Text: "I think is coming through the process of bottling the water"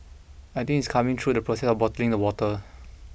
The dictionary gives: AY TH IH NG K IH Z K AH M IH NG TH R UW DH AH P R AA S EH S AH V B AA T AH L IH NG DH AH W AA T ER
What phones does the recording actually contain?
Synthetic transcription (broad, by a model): AY T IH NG IH S K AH M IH NG T R UW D AH P R AA S EH S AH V B AA T AH L IH NG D AH W AA T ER